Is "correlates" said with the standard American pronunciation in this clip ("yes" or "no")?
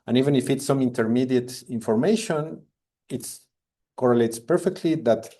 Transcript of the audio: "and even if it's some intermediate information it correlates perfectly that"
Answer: yes